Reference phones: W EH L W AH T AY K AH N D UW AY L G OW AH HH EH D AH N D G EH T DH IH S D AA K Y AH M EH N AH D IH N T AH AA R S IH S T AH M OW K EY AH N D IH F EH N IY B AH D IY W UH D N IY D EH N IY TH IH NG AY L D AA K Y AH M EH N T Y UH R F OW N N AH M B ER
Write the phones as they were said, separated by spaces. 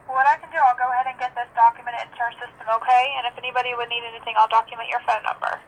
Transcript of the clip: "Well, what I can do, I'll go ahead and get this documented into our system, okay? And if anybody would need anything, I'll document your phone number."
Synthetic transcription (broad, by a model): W W AH T AY K AH N D UW AY L G OW AH HH EH D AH N G EH T DH IH S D AA K Y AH M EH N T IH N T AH R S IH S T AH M OW K EY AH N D IH F EH N IY B AH D IY W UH D N IY D EH N IY TH IH NG AY L D AA K Y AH M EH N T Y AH R F OW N N AH M B ER